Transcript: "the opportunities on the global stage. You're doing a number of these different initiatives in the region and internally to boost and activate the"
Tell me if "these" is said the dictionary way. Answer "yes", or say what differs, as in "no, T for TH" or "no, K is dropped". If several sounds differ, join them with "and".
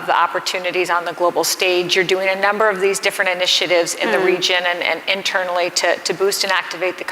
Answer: yes